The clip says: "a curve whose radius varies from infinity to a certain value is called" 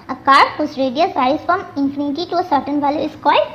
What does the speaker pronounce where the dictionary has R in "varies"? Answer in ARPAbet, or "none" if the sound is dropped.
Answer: none